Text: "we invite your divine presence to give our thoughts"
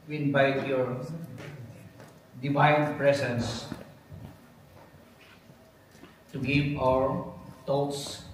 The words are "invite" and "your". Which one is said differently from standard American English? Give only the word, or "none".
invite